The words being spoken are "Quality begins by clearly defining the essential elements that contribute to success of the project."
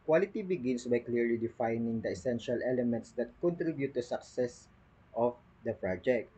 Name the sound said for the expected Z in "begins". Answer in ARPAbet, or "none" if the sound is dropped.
S